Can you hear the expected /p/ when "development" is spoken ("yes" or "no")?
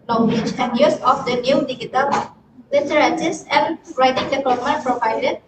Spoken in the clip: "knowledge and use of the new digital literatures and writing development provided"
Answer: no